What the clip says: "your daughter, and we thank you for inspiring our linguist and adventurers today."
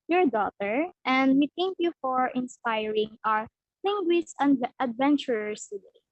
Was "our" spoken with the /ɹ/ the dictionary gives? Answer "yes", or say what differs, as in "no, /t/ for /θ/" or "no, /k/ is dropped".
yes